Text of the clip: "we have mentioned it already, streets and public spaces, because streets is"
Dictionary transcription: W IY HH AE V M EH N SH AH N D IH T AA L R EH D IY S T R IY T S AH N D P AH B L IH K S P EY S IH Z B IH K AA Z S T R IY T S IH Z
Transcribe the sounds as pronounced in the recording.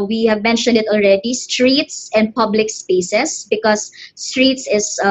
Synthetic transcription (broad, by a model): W IY HH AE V M EH N SH AH N D IH T AA L R EH D IY S T R IY T S AH N D P AH B L IH K S P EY S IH S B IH K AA S T R IY T S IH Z